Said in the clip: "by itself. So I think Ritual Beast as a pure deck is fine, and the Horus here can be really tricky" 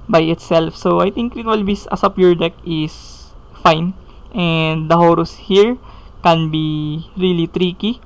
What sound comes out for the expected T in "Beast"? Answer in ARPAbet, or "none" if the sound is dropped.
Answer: none